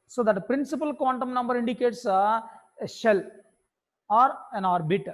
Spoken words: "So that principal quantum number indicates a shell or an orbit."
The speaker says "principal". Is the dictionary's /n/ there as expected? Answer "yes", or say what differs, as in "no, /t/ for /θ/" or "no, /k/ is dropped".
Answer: yes